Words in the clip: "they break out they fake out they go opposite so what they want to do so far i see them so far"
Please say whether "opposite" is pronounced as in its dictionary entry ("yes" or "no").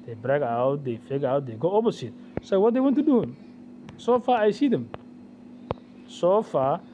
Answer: no